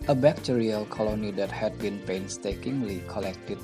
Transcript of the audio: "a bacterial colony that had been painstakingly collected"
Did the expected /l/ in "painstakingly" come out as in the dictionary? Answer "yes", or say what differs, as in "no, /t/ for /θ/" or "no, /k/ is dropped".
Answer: yes